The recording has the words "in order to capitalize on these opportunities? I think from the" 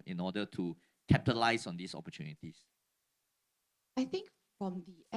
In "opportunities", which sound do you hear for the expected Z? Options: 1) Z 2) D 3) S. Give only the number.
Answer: 3